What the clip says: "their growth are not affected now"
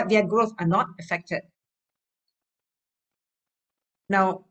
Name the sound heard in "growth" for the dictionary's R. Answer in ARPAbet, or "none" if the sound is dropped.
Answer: R